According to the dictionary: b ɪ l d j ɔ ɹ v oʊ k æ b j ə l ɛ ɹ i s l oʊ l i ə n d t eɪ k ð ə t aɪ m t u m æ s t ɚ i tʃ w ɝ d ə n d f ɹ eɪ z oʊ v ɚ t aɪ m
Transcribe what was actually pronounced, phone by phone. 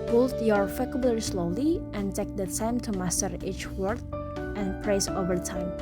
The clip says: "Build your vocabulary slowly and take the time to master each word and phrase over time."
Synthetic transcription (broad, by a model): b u l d j ɔ ɹ f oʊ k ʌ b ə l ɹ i s l oʊ l i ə n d t eɪ k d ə t aɪ m t u m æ s t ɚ i tʃ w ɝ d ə n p ɹ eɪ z oʊ v ɚ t aɪ m